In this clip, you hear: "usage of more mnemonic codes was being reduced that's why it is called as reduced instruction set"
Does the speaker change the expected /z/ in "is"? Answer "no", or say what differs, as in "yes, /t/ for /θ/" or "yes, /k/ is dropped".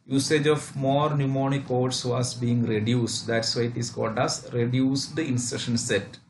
yes, /s/ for /z/